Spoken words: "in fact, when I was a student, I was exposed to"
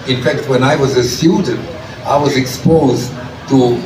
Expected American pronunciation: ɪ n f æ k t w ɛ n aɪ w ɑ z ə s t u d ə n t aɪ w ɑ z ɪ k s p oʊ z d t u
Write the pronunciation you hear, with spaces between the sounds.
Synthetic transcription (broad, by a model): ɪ n f æ k t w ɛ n aɪ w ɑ z ə s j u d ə n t aɪ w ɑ z ɪ k s p oʊ z d t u